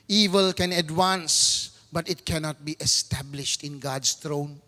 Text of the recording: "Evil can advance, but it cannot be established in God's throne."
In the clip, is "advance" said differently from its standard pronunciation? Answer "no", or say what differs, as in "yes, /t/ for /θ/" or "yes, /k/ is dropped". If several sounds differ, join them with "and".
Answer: yes, /w/ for /v/